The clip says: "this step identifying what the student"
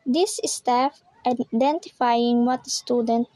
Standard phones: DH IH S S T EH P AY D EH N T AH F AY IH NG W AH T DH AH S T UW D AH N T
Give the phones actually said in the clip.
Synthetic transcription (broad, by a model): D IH S S T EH F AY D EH N T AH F AY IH NG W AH T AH S T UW D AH N T